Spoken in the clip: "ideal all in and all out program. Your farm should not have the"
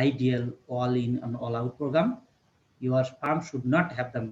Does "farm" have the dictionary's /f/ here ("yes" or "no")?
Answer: no